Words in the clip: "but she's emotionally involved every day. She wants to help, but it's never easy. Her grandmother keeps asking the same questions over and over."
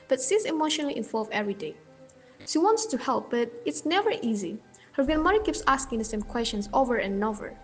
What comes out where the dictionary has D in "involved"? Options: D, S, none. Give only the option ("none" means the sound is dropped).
none